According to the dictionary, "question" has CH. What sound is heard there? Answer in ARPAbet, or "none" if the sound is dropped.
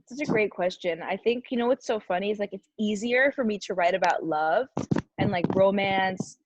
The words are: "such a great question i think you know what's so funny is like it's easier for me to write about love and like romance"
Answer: CH